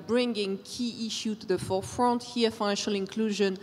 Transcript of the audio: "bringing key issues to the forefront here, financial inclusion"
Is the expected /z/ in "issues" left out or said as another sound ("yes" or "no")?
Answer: yes